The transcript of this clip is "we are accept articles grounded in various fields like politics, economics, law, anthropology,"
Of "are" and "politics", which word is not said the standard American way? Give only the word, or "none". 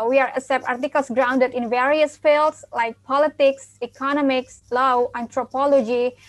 none